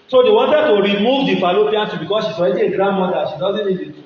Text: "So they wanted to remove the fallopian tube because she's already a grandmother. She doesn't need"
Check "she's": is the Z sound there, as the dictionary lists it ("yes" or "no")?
no